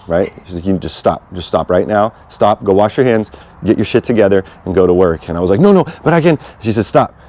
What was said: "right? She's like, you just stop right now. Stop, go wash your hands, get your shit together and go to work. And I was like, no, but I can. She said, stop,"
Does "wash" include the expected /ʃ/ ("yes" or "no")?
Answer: yes